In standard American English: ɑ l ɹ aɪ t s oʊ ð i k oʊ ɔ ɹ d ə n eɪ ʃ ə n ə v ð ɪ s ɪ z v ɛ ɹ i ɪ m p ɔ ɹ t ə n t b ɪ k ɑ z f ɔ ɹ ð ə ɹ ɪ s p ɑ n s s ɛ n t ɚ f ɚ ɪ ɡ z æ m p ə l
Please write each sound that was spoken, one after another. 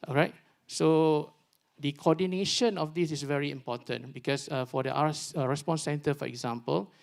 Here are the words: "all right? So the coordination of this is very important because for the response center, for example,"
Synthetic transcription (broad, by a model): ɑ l ɹ aɪ t s oʊ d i k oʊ ɔ d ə n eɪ ʃ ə n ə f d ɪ s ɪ s v ɛ ɹ i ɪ m p ɔ t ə n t b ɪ k ɑ s f ɔ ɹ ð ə ɹ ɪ s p ɑ n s s ɛ n t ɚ f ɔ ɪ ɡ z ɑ m p ə l